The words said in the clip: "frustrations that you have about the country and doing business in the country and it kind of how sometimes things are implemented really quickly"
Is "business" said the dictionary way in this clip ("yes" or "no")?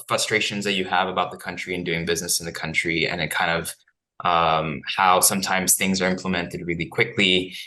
yes